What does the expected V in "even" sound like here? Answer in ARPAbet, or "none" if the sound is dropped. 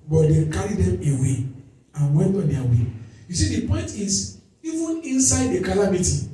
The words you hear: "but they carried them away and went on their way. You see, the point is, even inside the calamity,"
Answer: V